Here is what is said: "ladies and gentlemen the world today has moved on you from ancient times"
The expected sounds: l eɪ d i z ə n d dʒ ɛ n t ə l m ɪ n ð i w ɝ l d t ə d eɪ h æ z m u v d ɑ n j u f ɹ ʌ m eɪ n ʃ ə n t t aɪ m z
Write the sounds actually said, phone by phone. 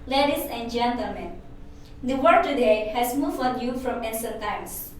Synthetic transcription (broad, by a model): l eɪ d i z ə n d dʒ ɛ n t ə l m ɪ n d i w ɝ d t ə d eɪ h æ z m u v ɑ n j u f ɹ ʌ m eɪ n s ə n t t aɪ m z